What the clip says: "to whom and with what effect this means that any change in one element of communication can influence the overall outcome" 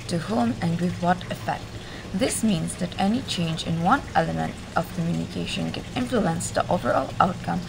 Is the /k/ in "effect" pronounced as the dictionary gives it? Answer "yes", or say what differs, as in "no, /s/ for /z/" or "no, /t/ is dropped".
yes